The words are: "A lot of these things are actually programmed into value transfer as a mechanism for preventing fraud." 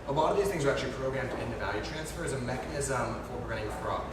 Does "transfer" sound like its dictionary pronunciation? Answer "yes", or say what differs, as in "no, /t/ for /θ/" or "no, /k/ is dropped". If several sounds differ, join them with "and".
yes